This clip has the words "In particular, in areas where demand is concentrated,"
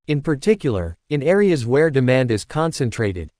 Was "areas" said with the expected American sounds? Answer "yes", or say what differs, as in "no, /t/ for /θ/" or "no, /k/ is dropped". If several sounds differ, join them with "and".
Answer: yes